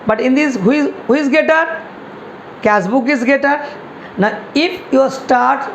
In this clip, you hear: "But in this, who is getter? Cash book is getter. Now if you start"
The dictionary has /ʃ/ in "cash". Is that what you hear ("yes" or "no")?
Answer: no